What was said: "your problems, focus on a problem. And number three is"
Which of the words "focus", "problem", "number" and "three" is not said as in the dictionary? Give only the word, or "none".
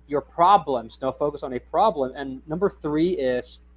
none